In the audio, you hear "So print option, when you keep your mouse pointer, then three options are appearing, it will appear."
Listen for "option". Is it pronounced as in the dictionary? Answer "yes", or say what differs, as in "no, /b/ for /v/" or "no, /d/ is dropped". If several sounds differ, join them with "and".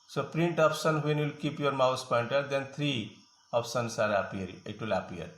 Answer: no, /s/ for /ʃ/